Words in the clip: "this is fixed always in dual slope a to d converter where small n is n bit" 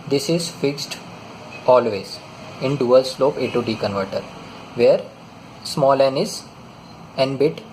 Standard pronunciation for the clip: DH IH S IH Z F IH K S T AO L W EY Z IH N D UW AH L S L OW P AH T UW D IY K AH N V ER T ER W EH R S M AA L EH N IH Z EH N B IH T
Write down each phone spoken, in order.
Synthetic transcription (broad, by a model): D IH S IH Z F IH K S T AO L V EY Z IH N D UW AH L S L OW P AH T UW D IY K AH N V ER T ER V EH R S M AA L EH N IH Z EH N B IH T